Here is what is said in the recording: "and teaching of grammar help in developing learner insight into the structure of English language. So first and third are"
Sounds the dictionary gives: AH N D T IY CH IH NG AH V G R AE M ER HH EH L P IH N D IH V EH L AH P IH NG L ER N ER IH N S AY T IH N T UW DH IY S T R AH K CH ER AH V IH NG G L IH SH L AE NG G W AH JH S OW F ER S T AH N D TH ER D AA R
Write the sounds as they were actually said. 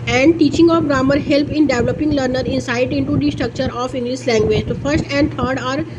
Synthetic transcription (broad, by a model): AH N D T IY CH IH NG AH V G R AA M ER HH EH L P IH N D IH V L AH P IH NG L ER N ER IH N S AY T IH N T UW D IY S T R AH K CH ER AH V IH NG G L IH S L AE NG G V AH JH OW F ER S T AH N D T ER D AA R